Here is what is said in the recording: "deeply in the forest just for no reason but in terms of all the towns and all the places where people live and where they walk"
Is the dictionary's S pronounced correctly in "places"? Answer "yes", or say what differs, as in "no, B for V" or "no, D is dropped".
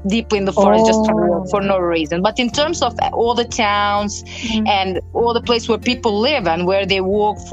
no, S is dropped